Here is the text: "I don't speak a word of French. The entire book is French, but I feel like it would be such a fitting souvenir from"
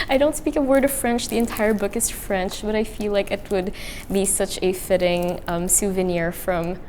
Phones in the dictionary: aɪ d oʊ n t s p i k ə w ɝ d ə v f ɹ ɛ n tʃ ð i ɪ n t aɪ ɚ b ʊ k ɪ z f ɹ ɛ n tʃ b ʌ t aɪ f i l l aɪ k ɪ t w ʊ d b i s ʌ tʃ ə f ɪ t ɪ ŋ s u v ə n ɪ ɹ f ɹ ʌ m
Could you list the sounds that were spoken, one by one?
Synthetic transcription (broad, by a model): aɪ d oʊ n t s p i k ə w ɝ d ə v f ɹ ɛ n tʃ ð i ɪ n t aɪ ɚ b ʊ k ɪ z f ɹ ɛ n tʃ b ʌ t aɪ f i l l aɪ k ɪ t w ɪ d b i s ʌ tʃ ə f ɪ t ɪ ŋ s u v ə n ɪ ɹ f ɹ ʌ m